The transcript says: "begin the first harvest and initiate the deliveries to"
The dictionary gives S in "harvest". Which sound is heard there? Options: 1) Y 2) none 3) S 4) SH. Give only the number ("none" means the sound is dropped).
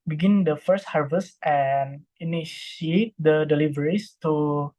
3